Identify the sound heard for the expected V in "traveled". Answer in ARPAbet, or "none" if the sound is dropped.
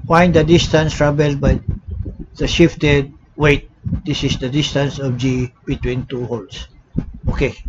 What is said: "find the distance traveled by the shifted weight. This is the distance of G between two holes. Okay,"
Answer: B